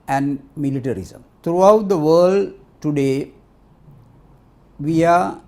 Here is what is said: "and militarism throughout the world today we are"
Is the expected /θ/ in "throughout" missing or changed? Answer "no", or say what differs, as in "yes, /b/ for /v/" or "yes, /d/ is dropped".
yes, /t/ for /θ/